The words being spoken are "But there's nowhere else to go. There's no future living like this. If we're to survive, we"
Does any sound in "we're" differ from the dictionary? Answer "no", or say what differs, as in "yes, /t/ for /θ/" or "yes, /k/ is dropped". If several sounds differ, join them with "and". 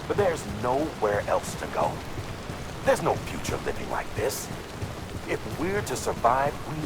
no